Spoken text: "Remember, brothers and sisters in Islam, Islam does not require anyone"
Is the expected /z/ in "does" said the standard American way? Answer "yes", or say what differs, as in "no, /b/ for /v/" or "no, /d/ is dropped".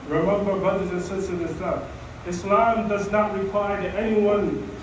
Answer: yes